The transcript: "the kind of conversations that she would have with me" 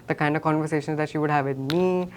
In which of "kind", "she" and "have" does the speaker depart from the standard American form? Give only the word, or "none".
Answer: none